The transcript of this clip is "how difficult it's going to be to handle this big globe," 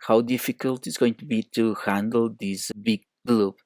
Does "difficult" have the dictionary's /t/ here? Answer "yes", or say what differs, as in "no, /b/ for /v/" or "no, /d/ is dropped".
yes